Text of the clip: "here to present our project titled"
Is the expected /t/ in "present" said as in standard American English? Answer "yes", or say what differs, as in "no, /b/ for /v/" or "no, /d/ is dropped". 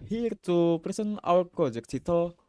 no, /t/ is dropped